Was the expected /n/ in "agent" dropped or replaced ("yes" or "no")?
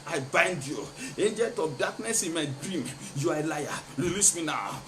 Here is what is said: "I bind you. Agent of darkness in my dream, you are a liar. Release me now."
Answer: yes